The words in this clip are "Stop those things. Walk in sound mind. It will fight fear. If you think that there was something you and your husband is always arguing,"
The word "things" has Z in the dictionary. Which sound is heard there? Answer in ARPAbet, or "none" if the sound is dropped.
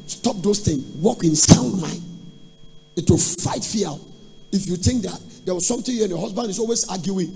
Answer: none